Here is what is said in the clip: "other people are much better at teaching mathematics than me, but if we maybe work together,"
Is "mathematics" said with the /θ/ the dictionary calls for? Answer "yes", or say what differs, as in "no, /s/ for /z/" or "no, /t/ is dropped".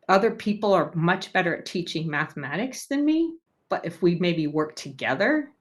yes